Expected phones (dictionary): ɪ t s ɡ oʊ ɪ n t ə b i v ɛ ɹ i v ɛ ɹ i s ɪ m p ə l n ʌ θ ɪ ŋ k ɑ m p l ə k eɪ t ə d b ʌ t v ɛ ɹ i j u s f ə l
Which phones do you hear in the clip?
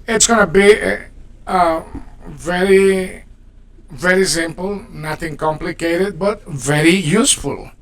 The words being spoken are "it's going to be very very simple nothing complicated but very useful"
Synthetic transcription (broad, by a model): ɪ t s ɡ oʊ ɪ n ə b i v ɛ ɹ i v ɛ ɹ i s ɪ m p ə l n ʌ t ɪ ŋ k ɑ m p l ə k eɪ t ə d b ʌ t v ɛ ɹ i j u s f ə l